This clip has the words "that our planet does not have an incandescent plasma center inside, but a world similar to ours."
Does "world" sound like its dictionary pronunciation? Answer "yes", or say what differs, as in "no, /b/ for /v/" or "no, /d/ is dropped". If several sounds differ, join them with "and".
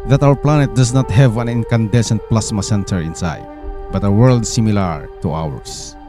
yes